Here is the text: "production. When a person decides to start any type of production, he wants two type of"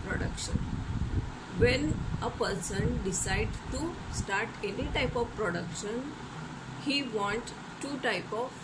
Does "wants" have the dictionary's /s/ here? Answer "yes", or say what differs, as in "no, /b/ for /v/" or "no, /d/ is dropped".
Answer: no, /s/ is dropped